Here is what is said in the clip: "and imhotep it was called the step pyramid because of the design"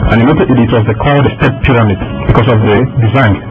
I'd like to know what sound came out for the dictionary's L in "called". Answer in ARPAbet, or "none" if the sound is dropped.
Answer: none